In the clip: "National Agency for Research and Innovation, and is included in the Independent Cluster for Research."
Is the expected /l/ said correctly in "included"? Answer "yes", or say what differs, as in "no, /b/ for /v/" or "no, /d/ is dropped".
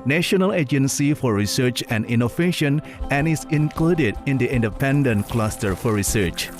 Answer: yes